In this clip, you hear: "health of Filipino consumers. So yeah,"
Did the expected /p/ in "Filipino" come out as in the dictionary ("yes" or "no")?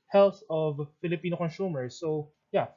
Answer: yes